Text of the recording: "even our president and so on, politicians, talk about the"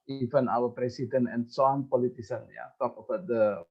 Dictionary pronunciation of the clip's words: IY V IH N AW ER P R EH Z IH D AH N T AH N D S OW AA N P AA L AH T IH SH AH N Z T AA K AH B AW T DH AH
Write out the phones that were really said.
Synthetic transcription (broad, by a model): IY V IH N AW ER P R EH S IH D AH N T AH N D S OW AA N P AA L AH T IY S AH N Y T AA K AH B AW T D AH